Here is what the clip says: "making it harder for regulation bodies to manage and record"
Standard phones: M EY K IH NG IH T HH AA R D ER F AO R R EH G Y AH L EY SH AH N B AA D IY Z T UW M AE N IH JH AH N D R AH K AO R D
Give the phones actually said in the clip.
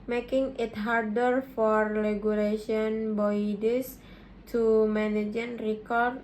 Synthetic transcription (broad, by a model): M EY K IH NG IH T HH AA R D ER F AO R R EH G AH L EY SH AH N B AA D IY S T UW M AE N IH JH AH N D R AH K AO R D